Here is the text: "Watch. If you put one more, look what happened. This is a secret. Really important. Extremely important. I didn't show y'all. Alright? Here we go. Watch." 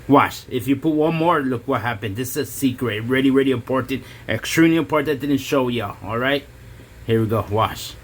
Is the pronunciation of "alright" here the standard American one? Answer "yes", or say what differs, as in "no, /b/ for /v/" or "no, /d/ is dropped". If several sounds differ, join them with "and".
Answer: yes